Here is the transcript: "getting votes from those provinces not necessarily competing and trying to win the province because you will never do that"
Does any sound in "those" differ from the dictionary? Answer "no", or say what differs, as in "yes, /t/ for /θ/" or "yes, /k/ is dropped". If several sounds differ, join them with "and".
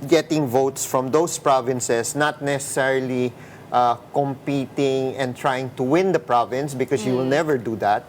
yes, /s/ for /z/